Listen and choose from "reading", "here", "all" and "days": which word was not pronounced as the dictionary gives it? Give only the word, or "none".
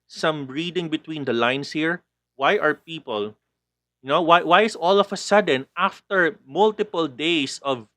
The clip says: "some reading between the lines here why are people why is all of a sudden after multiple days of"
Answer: days